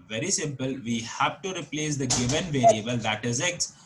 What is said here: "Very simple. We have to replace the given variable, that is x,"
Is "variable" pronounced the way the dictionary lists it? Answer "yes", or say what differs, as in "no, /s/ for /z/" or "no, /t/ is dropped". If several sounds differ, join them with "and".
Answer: yes